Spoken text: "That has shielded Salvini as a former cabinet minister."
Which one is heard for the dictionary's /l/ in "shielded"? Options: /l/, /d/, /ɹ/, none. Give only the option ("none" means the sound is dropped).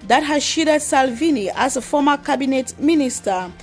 none